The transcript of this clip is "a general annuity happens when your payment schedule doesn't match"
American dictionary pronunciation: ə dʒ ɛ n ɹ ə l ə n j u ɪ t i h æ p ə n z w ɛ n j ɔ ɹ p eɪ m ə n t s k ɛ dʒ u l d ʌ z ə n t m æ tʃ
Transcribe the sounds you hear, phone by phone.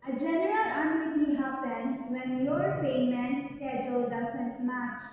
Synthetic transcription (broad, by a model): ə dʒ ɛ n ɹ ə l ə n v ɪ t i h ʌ b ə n w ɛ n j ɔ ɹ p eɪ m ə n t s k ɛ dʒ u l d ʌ s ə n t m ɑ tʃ